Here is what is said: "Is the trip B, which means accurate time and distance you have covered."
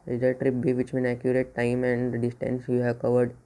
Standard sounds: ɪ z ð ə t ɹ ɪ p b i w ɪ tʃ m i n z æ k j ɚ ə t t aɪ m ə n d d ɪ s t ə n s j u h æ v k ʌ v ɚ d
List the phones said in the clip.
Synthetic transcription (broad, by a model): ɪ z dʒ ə t ɹ ɪ p b i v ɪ tʃ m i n æ k j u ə t t aɪ m ə n d d ɪ s t ə n s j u h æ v k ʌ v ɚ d